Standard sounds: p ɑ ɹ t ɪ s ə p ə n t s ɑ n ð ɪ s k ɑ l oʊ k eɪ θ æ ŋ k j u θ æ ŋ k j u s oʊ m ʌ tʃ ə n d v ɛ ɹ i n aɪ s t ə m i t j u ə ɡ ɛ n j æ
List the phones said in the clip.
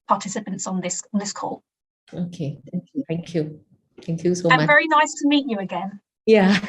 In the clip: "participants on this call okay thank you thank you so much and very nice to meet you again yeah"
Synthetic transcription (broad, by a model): p ɑ t ɪ s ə p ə n t s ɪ n ð ɪ s k ɑ l oʊ k eɪ θ æ ŋ k j u θ æ ŋ k j u θ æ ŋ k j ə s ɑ v ɛ ɹ i n aɪ s t ə m i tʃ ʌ ə ɡ ɛ n j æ